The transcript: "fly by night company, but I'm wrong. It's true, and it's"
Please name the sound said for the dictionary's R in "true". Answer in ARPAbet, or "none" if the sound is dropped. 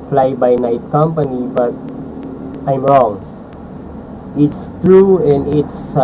R